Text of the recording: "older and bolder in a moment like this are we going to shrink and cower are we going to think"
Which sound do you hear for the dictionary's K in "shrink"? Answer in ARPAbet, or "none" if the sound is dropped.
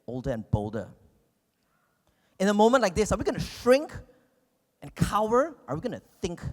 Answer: K